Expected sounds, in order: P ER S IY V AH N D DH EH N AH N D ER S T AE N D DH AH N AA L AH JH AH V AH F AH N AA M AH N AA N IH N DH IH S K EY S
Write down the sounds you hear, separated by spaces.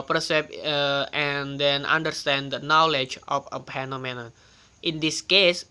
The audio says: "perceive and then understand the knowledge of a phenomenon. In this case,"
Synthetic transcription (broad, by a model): P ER S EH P AH N D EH N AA N D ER S T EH N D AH N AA L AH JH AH F AH P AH N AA M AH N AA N IH N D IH S K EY S